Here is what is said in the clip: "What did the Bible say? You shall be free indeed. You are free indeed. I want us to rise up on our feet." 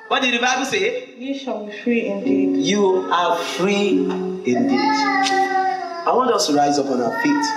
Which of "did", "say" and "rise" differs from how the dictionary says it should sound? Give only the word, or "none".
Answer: none